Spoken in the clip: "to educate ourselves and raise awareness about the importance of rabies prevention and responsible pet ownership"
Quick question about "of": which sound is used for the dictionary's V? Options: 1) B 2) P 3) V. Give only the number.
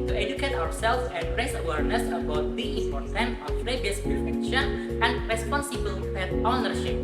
2